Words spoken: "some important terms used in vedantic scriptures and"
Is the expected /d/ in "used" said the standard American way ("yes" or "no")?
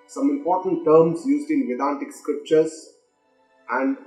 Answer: yes